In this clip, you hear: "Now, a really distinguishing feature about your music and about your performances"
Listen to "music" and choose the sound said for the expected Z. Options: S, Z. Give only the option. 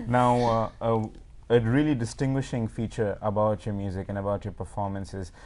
Z